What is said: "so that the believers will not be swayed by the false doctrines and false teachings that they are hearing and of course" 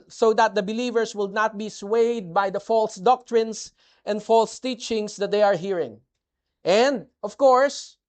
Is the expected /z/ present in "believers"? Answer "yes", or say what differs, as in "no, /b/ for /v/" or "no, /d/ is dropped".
no, /s/ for /z/